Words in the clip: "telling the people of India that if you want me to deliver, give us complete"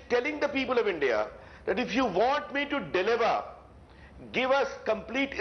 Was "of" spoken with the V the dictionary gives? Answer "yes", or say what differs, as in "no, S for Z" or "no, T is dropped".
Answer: yes